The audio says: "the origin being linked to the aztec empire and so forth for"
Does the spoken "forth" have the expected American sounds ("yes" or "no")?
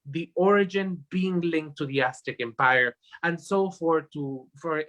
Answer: no